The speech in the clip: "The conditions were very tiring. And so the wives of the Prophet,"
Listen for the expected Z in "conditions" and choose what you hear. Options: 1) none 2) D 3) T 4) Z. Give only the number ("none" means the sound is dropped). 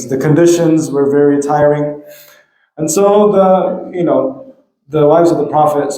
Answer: 4